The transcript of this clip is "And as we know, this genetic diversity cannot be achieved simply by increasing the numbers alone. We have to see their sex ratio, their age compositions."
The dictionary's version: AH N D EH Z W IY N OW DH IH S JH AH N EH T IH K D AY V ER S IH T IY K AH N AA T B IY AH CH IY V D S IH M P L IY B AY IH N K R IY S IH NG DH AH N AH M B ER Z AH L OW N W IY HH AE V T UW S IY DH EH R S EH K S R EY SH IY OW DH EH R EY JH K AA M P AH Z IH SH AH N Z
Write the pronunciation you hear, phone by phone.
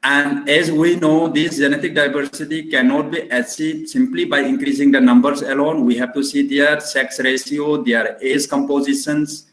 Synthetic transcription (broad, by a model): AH N D EH Z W IY N OW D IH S JH AH N EH T IH K D AY V ER S IH T IY K AH N AA T B IY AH S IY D S IH M P L IY B AY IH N K R IY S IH NG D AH N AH M B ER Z AH L OW N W IY HH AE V T UW S IY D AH R S EH K S R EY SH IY OW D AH R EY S K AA M P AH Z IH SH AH N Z